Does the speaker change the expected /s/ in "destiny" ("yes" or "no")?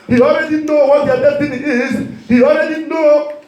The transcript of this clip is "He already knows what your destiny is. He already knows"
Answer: yes